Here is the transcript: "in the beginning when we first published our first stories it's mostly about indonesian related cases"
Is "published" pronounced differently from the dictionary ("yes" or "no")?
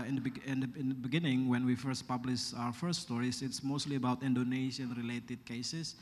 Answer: yes